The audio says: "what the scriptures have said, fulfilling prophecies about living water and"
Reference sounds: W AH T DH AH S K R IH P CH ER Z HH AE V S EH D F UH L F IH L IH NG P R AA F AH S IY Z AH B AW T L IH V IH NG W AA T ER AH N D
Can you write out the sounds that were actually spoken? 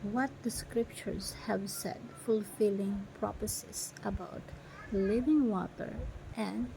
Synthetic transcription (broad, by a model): W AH T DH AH S K R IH P CH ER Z HH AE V S EH D F UH L F IH L IH NG P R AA P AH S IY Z AH B AW T L IH V IH NG W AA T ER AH N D